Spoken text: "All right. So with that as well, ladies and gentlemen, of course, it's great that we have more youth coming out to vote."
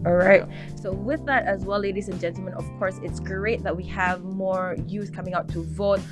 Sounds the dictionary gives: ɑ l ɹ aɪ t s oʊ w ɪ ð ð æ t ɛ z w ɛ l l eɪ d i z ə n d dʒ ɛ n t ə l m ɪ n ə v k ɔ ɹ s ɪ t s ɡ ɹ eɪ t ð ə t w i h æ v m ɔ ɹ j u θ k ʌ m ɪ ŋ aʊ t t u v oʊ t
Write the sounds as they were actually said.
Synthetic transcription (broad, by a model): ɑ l ɹ aɪ t s oʊ w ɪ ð ð æ t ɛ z w ɛ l l eɪ d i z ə n dʒ ɛ n t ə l m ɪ n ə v k ɔ ɹ s ɪ t s ɡ ɹ eɪ t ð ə t w i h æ v m ɔ ɹ j u s k ʌ m ɪ ŋ aʊ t t u v oʊ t